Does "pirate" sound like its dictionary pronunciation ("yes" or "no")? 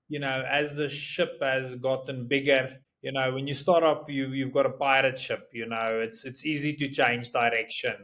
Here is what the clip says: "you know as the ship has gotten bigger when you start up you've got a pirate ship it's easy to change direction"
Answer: yes